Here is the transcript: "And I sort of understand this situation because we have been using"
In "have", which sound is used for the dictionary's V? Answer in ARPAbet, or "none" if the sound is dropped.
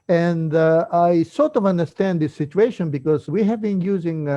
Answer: V